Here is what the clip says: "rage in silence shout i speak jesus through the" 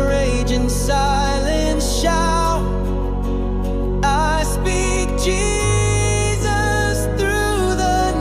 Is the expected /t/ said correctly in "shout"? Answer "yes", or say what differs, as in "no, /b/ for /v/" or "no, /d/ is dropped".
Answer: no, /t/ is dropped